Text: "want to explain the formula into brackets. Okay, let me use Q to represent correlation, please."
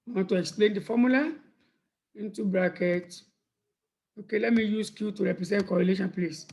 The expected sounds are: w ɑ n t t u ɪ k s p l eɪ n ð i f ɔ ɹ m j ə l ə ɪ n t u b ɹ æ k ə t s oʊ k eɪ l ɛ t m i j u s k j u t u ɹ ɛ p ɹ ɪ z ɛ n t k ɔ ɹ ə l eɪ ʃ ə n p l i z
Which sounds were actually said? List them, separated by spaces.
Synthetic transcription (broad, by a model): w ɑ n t t u ɪ k s p l eɪ n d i f ɔ m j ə l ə ɪ n t u b ɹ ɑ k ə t oʊ k eɪ l ɛ t m i j u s k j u t u ɹ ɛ p ɹ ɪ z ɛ n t k ɔ ɹ ə l eɪ ʃ ə n p l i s